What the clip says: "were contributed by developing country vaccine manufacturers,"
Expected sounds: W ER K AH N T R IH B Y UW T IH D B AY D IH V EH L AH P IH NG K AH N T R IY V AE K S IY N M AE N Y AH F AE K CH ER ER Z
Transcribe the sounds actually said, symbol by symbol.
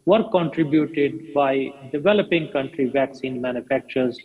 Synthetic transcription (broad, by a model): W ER K AH N T R IH B Y UW T IH D B AY D IH V EH L AH P IH NG K AH N T R IY V AE K S IY N M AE N Y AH F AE K CH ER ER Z